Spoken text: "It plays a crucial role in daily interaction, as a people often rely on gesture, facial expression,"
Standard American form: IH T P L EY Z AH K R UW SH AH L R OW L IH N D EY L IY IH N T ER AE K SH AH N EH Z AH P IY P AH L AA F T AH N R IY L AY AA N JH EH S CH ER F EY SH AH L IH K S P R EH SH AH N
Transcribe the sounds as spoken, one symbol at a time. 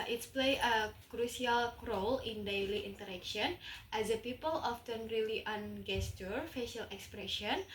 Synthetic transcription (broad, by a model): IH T P L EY AH K R UW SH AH L R OW L IH N D EY L IY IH N T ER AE K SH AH N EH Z AH P IY P AH L AA F T AH N R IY L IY AA N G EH S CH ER F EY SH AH L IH K S P R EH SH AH N